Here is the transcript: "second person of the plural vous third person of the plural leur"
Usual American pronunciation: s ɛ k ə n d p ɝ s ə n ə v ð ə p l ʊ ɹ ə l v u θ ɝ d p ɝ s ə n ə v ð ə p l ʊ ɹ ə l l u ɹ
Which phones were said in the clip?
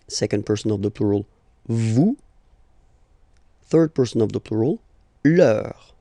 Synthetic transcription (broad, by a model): s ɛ k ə n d p ɝ s ə n ə v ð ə p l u ɹ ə l v u θ ɝ d p ɝ s ə n ə v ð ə p l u ɹ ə l l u ɹ